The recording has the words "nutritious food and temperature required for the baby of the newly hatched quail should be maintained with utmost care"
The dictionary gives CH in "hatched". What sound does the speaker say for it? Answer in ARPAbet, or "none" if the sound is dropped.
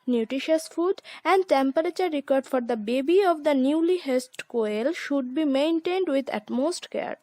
S